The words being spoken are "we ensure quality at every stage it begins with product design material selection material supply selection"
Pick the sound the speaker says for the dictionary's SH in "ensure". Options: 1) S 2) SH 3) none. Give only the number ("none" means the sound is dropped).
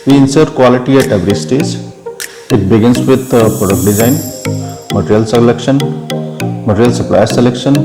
1